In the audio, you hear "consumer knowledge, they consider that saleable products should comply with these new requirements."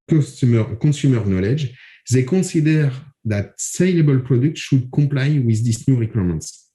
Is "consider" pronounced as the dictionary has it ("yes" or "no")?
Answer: no